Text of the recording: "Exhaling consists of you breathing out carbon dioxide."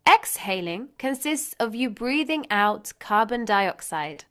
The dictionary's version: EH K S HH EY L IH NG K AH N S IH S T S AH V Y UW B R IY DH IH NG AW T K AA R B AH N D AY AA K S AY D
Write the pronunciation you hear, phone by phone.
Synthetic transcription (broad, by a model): EH K S HH EY L IH NG K AH N S IH S T S AH V Y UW B R IY DH IH NG AW T K AA B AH N D AY AA K S AY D